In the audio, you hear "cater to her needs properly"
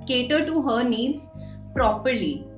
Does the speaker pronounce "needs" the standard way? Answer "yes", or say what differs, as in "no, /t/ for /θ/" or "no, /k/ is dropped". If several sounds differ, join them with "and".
yes